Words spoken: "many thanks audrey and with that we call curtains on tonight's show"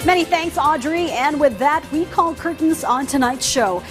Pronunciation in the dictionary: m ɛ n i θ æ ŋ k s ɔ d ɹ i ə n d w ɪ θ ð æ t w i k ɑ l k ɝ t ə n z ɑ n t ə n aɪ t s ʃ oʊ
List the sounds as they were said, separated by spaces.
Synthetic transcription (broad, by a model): m ɛ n i θ æ ŋ k s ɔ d ɹ i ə n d w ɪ ð æ t w i k ɑ l k ɝ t n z n t ə n aɪ t s ʃ oʊ